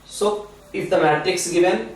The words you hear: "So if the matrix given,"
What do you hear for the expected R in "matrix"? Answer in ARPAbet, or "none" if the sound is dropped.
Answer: none